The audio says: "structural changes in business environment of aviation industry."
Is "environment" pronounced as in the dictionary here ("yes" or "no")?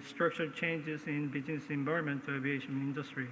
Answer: no